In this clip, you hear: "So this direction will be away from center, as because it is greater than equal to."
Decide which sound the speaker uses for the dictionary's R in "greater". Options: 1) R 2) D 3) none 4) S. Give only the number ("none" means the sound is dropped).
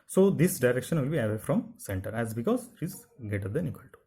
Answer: 3